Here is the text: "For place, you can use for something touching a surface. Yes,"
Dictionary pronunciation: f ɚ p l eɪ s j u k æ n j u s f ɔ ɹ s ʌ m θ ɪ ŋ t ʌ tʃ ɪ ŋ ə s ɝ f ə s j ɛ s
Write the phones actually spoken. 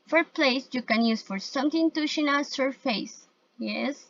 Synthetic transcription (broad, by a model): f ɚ p l eɪ s j u k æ n j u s f ɔ ɹ s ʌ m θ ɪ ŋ t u ʃ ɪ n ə s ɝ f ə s j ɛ s